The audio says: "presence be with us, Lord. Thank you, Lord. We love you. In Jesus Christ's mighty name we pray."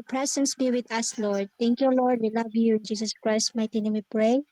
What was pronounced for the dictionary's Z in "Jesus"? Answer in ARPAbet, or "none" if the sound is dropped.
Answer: S